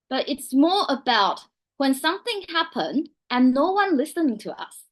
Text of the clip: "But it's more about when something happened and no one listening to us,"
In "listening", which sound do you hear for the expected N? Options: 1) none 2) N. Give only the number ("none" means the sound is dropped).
1